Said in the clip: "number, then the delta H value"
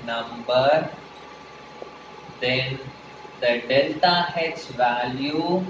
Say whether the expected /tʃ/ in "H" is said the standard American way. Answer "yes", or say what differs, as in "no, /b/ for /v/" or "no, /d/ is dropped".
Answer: no, /s/ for /tʃ/